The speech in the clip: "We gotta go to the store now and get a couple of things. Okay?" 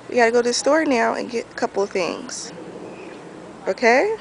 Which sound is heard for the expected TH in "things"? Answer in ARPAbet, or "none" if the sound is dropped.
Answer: TH